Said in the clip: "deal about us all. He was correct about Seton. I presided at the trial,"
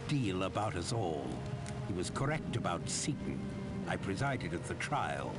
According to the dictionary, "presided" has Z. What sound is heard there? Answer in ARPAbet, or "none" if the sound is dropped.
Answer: Z